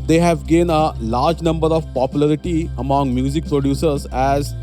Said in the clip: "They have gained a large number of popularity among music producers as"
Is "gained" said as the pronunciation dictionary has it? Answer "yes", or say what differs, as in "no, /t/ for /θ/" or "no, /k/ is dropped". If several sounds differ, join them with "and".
no, /d/ is dropped